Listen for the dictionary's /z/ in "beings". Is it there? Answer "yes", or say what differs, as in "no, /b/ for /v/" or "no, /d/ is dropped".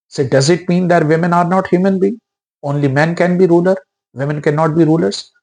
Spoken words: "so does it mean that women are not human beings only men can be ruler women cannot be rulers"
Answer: no, /z/ is dropped